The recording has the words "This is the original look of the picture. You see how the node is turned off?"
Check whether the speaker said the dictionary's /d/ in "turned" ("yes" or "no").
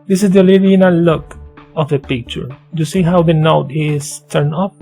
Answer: no